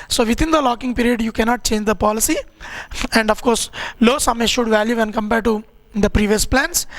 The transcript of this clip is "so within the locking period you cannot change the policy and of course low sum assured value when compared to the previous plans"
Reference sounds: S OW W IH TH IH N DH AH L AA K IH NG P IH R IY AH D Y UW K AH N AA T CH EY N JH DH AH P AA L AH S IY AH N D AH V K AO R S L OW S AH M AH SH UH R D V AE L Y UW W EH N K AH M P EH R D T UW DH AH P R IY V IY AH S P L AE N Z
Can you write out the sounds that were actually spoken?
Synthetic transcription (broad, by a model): S OW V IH T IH N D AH L AA K IH NG P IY R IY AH D Y UW K AH N AA T CH EY N JH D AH P AA L AH S IY AH N D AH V K AO R S L OW S AH M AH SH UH D V AE L Y UW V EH N K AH M P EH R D T UW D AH P R IY V IY AH S P L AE N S